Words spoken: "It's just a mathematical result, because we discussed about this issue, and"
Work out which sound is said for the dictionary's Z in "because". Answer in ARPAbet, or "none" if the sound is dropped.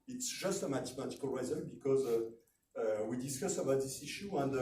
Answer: Z